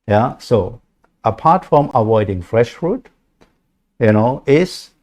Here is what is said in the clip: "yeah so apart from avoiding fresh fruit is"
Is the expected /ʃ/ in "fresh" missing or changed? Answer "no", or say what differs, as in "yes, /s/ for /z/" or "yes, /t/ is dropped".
no